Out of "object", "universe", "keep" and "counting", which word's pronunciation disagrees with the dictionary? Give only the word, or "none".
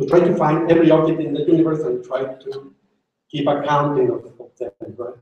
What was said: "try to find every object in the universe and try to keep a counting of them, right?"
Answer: object